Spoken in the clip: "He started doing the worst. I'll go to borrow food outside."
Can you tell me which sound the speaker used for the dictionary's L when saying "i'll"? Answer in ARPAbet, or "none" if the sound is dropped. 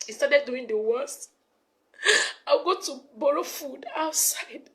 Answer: W